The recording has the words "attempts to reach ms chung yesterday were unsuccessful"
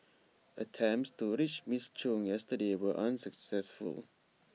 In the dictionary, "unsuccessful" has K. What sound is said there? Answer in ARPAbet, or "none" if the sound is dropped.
K